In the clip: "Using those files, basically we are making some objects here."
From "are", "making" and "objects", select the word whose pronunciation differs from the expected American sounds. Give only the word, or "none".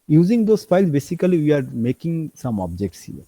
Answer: none